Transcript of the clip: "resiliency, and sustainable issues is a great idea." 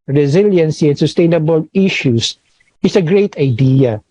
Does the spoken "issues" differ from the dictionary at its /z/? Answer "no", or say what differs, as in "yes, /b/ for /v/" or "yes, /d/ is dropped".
yes, /s/ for /z/